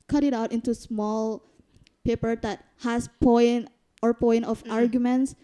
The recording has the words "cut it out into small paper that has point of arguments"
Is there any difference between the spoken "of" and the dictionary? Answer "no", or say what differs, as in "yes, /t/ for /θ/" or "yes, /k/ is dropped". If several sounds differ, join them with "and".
yes, /p/ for /v/